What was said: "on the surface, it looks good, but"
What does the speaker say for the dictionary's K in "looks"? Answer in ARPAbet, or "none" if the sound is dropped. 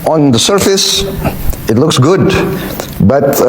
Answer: K